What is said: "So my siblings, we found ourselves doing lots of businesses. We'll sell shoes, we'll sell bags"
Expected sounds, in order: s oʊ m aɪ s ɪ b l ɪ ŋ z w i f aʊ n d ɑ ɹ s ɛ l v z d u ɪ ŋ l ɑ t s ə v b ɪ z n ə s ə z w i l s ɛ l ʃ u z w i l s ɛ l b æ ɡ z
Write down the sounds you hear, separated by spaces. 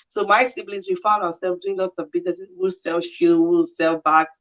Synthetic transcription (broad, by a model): s oʊ m aɪ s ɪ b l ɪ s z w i f aʊ n d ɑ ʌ s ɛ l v d u ɪ ŋ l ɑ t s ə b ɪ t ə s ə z w i l s ɛ l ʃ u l w i l s ɛ l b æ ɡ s